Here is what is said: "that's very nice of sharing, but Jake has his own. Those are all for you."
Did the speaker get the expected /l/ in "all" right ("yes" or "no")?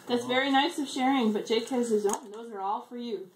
yes